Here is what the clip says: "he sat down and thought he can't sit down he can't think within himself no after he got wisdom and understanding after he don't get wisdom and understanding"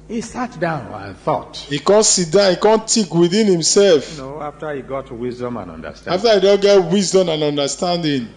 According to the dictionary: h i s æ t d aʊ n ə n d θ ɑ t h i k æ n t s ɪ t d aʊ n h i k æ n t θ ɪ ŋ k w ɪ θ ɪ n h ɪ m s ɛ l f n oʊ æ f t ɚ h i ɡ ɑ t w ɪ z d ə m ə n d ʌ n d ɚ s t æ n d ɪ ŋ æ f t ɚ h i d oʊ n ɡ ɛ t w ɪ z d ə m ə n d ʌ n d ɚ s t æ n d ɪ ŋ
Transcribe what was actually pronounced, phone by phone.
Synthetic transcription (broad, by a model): h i s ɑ t d aʊ n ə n θ ɑ t h i k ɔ n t s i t d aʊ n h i k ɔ n t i k w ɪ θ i n h ɪ m s ɛ l f n oʊ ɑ f t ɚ h i ɡ ɑ t w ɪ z d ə m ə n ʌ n d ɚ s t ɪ f t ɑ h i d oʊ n ɡ ɛ t w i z d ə m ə n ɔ n d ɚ s t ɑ n d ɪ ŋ